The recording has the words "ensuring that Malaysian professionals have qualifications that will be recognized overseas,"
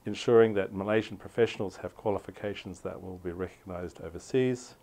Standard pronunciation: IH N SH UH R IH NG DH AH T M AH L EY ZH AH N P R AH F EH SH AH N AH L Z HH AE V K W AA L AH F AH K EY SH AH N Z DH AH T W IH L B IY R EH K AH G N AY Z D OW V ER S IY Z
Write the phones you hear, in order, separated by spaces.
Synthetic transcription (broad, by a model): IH N SH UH R IH NG DH AH T M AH L EY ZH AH N P R AH F EH SH AH N AH L Z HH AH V K W AA L AH F AH K EY SH AH N Z DH AH T W IH L B IY R EH K AH G N AY Z D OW V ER S IY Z